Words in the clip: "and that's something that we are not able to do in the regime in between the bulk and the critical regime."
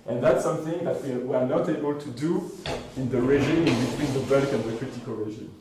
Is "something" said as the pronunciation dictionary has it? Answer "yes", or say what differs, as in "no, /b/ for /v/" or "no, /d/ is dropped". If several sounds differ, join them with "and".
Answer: yes